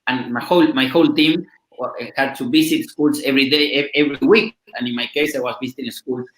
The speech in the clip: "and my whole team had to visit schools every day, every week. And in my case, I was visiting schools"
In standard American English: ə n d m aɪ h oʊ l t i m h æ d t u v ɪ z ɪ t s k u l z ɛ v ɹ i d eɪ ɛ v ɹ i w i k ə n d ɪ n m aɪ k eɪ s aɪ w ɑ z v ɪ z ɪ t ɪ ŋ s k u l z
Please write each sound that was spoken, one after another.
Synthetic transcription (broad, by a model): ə n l m aɪ h oʊ l t i m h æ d t u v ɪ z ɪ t s k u l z ɛ v ɹ i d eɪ ɛ v ɹ i w i k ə n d ɪ n m aɪ k eɪ s aɪ w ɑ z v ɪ s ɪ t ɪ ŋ s k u l